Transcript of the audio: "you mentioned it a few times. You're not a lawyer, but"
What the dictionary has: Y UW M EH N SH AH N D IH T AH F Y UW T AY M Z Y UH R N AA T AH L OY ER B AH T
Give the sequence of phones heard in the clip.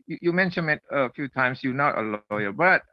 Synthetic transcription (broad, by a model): Y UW M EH N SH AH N IH T AH F Y UW T AY M S Y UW N AA T AH L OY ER B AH T